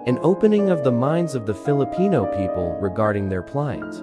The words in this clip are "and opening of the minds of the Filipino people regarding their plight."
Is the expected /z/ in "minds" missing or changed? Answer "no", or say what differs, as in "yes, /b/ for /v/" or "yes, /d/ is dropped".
no